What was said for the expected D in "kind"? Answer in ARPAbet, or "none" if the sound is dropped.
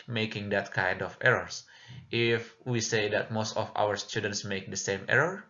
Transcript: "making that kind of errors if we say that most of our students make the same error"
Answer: D